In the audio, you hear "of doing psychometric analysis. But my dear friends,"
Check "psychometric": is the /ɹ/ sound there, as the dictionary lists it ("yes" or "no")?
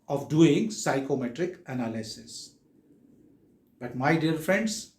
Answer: yes